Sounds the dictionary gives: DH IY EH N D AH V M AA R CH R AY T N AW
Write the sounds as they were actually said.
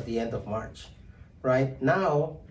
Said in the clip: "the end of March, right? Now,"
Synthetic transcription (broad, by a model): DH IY EH N D AH V M AA R CH R AY T N AW